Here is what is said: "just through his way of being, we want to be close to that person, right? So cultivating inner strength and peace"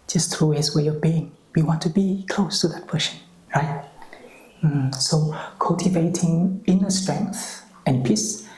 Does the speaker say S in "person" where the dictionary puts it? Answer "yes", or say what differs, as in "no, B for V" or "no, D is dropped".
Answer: no, SH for S